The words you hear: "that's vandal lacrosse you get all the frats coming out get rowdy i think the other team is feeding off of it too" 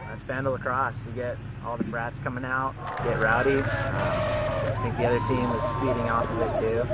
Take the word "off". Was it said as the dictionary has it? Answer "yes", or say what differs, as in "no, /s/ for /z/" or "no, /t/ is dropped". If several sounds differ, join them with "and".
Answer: yes